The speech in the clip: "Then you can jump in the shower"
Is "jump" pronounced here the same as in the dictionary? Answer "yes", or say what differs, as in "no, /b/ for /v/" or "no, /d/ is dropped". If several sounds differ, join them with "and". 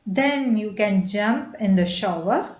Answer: yes